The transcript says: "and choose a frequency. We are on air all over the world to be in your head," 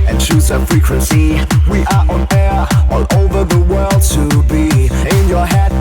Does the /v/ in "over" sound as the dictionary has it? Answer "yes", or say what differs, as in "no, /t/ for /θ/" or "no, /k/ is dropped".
yes